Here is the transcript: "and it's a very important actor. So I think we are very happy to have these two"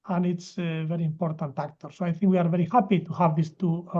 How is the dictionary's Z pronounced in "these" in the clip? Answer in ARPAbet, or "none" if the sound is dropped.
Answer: S